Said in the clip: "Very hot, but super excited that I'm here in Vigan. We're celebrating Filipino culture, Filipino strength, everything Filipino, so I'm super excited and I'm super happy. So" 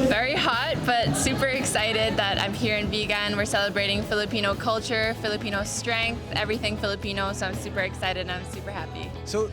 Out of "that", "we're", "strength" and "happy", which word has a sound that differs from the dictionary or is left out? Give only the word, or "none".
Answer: none